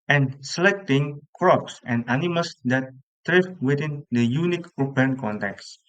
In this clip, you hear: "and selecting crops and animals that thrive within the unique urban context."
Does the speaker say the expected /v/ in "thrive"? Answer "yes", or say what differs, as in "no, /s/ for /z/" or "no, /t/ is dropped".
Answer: no, /f/ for /v/